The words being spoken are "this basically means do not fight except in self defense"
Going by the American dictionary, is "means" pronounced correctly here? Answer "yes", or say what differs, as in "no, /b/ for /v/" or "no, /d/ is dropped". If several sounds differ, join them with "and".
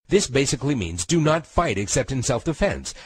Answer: yes